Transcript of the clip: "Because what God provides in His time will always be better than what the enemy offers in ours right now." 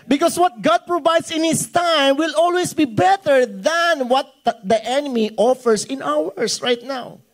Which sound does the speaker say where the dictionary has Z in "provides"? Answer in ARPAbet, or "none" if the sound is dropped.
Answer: S